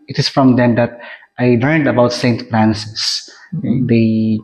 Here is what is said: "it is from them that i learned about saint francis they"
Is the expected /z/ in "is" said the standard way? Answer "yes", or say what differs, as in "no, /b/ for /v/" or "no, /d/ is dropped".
no, /s/ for /z/